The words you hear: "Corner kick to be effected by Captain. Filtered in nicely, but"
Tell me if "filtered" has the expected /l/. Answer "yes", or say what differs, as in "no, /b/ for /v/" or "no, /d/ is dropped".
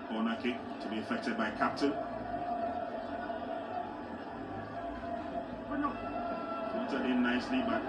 no, /l/ is dropped